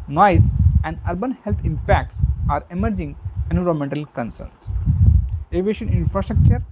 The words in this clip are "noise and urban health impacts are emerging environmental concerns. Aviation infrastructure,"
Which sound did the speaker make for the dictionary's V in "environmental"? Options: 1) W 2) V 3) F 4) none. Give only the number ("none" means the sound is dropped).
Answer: 4